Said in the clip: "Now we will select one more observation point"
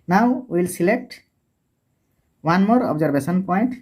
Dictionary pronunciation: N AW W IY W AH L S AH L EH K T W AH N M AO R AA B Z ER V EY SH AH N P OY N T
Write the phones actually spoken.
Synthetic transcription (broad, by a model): N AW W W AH L S AH L EH K T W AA N M AO R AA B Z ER B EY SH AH N P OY N T